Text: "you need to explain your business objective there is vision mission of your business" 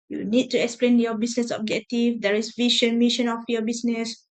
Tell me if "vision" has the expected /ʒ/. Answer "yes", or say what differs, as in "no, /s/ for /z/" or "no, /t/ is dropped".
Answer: no, /ʃ/ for /ʒ/